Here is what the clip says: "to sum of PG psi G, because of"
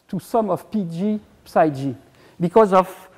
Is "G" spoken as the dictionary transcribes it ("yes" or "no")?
yes